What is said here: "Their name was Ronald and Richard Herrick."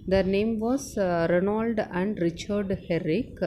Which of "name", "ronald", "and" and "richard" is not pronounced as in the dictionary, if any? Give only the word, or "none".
none